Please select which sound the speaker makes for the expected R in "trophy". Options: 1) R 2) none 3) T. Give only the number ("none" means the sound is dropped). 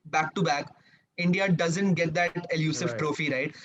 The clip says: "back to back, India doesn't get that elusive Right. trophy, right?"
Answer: 1